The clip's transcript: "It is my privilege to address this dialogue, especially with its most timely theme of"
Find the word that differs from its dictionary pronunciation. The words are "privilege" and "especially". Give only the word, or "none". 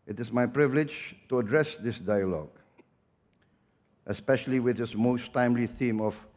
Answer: none